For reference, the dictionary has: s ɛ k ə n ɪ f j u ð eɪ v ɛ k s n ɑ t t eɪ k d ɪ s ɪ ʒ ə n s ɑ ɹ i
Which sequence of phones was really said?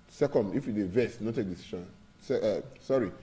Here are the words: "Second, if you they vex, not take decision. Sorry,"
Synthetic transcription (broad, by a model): s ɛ k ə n ɪ f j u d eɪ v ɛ s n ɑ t t eɪ k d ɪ s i ʃ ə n s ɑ ɹ i